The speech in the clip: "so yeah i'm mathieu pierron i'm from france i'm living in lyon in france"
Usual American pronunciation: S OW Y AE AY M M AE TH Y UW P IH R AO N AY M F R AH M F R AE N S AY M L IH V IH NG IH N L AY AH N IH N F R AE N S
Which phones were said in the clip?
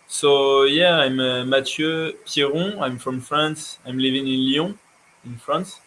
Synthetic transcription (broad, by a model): S OW Y AE AY M M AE T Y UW P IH R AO AY M F R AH M F R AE N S AY M L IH V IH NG IH N L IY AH IH N F R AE N S